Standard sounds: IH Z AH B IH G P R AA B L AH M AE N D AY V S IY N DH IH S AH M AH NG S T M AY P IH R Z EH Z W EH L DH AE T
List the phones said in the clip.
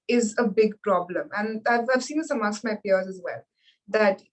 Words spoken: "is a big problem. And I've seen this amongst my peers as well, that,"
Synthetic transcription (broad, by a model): IH Z AH B IH G P R AA B L AH M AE N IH AY V S IY N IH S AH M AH S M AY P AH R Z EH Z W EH L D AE T